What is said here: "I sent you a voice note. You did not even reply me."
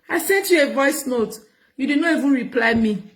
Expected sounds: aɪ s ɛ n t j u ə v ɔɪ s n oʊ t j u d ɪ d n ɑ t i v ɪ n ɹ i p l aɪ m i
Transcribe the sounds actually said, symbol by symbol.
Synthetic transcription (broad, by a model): aɪ s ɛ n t j u ə v ɔɪ s n oʊ t j u d ɪ d n ɑ t i v ɪ n ɹ i p l aɪ m i